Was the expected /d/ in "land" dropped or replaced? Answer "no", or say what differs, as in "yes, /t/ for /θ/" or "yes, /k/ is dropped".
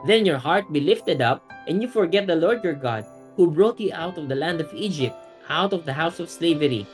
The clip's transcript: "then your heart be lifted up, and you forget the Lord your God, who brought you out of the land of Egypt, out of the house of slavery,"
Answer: no